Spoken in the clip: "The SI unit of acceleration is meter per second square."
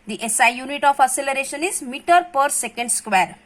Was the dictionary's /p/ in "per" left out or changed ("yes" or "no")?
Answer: no